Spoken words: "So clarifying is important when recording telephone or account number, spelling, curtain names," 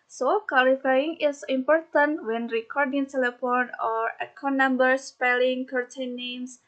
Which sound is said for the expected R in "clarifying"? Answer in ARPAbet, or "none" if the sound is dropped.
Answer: L